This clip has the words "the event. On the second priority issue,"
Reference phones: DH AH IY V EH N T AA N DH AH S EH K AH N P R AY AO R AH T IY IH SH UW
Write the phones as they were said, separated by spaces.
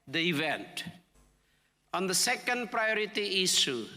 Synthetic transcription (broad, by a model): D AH IY V EH N T AA N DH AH S EH K AH N P R AY AO R AH T IY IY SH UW